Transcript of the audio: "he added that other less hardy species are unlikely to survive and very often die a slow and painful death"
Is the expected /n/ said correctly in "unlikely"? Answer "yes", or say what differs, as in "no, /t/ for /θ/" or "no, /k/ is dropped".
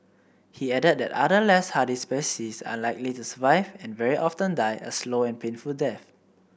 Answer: no, /n/ is dropped